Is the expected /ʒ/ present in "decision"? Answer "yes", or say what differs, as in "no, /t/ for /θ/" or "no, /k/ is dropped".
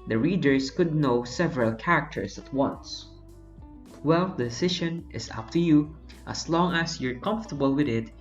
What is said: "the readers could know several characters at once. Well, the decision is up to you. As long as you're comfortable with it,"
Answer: no, /ʃ/ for /ʒ/